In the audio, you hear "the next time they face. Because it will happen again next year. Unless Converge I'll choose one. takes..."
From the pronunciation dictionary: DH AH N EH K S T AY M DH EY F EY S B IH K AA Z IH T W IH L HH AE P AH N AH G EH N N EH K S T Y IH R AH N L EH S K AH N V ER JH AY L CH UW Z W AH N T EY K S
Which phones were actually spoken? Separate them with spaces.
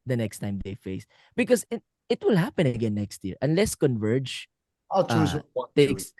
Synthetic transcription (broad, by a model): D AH N EH K S T AY M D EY F EY S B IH K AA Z IH T W IH L HH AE P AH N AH G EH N N EH K S T Y IH R AH N L EH S K AH N V ER JH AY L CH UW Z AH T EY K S